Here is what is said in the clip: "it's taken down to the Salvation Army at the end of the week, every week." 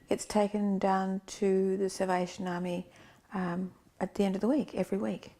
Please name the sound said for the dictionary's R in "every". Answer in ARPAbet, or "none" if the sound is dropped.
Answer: R